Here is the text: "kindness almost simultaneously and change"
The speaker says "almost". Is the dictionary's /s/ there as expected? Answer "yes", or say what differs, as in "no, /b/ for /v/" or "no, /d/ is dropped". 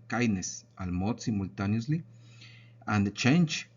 no, /s/ is dropped